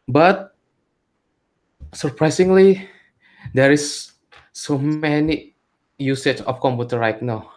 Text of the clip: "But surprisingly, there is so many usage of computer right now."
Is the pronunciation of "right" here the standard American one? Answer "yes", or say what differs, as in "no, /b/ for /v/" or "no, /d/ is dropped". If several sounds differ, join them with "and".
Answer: no, /l/ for /ɹ/